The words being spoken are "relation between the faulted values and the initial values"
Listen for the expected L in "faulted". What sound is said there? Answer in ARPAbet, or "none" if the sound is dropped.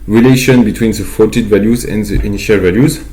none